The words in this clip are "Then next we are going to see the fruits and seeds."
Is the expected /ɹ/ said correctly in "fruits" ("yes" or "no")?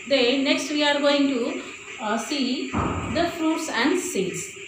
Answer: yes